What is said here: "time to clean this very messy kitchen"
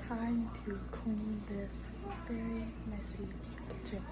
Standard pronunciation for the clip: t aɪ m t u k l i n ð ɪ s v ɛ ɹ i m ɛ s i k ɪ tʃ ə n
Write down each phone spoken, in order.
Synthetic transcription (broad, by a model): t aɪ m t u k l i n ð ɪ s f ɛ ɹ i m ɛ s i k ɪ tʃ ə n